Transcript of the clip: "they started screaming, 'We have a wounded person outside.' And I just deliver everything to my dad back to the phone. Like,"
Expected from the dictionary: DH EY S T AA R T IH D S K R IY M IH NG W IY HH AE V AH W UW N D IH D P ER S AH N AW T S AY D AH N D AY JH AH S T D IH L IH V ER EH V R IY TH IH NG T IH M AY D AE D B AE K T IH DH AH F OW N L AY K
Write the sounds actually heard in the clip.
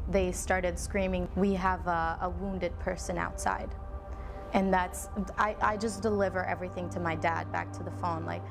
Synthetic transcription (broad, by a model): DH EY S T AA R T IH D S K R IY M IH NG W IY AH V AH W UW N D IH D P ER S AH N AW T S AY D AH N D AY JH AH S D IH L IH V ER EH V R IY TH IH NG T IH M AY D AE D B AE K T IH DH AH F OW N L AY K